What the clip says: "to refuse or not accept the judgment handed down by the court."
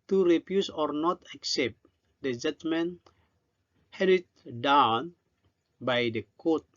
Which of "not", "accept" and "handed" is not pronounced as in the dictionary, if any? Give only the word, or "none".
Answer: handed